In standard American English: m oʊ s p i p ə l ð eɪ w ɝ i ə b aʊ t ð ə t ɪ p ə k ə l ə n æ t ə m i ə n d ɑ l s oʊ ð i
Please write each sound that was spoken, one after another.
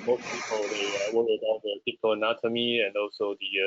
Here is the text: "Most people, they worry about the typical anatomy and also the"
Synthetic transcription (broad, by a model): m oʊ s p i p ə l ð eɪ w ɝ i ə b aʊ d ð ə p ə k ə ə n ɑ t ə m i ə n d ɑ l s oʊ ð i